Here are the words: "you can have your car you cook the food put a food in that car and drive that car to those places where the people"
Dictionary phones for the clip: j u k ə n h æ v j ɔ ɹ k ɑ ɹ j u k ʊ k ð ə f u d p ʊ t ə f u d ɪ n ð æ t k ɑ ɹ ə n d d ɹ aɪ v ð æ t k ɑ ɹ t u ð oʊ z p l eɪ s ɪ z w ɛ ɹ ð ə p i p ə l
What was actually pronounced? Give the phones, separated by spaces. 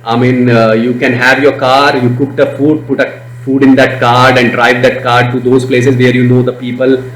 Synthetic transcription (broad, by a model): j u k ə n h æ v j ɔ ɹ k ɑ ɹ j u k ʊ k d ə f u d p ʊ t ə f u d ɪ n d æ t k ɑ ɹ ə n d d ɹ aɪ v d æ t k ɑ ɹ t u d oʊ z p l eɪ s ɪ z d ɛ ɹ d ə p i p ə l